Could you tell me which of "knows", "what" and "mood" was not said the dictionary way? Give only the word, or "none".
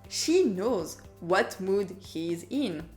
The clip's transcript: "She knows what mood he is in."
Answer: none